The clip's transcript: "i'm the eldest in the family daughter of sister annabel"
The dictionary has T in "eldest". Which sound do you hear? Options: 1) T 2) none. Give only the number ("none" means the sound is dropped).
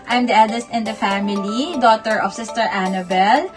1